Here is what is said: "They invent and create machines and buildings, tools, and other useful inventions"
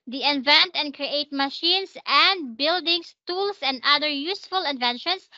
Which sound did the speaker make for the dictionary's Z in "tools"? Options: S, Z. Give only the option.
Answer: S